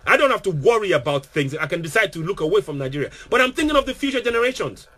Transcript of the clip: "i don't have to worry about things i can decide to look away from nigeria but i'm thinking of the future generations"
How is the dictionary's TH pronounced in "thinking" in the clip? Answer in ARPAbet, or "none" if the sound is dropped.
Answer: TH